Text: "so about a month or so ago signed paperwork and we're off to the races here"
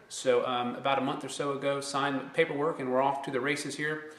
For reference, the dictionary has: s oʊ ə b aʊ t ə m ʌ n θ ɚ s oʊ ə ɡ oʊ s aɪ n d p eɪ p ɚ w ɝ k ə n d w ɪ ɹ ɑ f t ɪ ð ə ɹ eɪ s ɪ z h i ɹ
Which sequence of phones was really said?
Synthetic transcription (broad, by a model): s oʊ ə b aʊ t ə m ʌ n θ ɚ s oʊ ə ɡ oʊ s aɪ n p eɪ p ɚ w ɝ k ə n w ɪ ɹ ɑ f t ɪ ð ə ɹ eɪ s ɪ z h i ɹ